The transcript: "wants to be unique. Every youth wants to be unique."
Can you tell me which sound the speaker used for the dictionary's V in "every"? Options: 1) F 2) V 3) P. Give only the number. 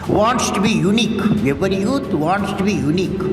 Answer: 3